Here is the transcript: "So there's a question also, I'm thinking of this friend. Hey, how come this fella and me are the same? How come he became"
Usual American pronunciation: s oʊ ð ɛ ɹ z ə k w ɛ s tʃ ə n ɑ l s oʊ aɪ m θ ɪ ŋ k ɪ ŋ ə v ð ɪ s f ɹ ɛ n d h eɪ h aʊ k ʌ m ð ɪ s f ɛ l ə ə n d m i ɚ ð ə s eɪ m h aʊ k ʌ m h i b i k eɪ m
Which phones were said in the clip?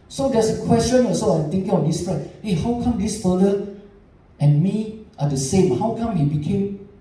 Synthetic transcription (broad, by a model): s oʊ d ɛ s ə k w ɛ s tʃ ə n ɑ s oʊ aɪ m t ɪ ŋ k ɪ ŋ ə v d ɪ s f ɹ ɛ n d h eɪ h aʊ k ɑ m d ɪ s f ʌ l ə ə n m i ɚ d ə s eɪ m h aʊ k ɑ m h i b i k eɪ m